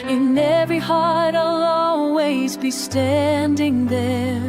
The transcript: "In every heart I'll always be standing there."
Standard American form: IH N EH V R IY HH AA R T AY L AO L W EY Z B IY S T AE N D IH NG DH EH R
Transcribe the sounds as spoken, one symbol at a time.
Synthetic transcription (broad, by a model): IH N EH V R IY HH AA R T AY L AO L W EY Z B IY S T AE N D IH NG DH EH R